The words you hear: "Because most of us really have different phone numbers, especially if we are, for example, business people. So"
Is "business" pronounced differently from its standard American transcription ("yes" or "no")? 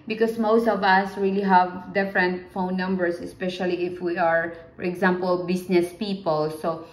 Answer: yes